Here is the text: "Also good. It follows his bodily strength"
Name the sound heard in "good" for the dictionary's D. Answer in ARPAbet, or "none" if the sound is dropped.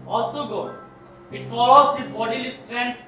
none